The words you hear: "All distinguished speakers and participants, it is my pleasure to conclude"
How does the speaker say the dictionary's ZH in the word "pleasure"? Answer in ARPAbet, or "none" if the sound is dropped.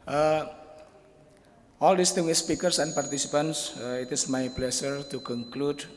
SH